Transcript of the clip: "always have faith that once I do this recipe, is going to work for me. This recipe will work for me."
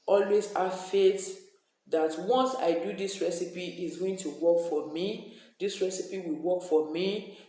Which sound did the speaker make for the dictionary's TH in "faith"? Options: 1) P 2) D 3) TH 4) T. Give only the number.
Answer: 4